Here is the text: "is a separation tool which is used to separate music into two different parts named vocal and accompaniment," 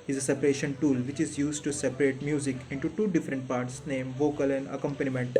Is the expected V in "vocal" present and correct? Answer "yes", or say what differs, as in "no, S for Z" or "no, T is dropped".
yes